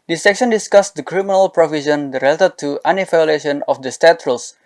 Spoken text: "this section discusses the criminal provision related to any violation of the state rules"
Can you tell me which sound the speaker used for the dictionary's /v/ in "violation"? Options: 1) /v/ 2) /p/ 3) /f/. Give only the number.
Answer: 3